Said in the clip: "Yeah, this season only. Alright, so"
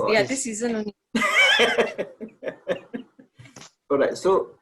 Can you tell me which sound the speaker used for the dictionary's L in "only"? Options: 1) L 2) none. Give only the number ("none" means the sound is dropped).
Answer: 2